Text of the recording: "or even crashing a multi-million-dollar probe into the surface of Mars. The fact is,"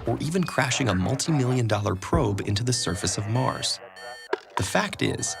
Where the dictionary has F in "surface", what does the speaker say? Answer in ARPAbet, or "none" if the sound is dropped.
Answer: F